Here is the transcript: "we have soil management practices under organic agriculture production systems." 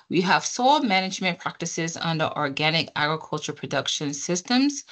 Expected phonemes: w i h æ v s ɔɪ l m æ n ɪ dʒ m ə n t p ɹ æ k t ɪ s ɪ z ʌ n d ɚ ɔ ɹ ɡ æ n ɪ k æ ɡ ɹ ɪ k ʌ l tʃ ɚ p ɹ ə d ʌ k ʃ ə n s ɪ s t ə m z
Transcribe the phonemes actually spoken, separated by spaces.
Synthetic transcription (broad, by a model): w i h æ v s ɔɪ l m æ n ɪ dʒ m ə n p ɹ æ k t ɪ s ɪ z ʌ n d ɚ ɔ ɹ ɡ æ n ɪ k æ ɡ ɹ ɪ k ʌ l tʃ ɚ p ɹ ə d ʌ k ʃ ə n s ɪ s t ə m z